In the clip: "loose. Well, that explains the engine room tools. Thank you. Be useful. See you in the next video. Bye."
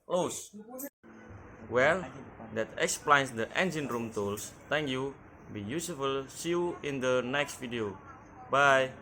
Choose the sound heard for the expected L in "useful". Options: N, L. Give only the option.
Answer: L